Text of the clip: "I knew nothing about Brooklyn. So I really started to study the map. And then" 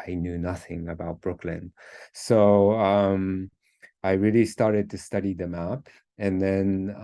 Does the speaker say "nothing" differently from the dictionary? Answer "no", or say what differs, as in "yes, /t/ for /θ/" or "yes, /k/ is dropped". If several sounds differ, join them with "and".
no